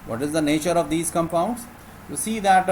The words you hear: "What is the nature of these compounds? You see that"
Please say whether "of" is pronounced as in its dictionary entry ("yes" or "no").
yes